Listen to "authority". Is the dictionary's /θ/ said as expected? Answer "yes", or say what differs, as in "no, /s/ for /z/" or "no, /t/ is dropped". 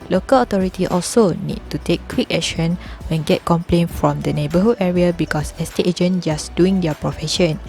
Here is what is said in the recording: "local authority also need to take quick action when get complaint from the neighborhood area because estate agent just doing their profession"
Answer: no, /t/ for /θ/